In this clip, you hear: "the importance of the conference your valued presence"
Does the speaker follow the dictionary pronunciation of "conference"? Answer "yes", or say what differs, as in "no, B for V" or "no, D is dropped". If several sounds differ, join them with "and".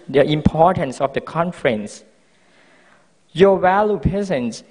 yes